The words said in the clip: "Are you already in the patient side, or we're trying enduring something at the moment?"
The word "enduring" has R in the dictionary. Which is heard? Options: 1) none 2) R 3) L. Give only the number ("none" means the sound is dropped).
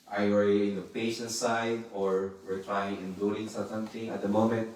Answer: 3